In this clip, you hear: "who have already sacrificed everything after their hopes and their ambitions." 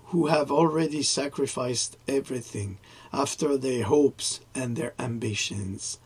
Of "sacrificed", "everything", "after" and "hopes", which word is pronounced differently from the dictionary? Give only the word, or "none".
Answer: none